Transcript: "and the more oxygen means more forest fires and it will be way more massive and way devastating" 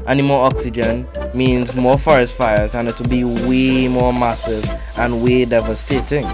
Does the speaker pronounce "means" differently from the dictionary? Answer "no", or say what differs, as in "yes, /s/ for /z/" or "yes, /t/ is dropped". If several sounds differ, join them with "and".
no